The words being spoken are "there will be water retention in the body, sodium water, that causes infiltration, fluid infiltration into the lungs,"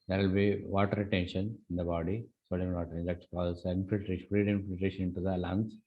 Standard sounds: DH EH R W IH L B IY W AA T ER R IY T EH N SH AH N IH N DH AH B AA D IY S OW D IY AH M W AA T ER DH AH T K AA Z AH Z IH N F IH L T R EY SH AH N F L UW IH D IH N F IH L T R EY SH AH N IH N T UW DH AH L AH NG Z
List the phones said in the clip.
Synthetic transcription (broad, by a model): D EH R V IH L B IY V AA T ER R IY T EH N SH AH N IH N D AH B AA D IY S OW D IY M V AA T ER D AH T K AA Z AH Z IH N F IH L T R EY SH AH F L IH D IH N F IH L T R EY SH AH N IH N T UW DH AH L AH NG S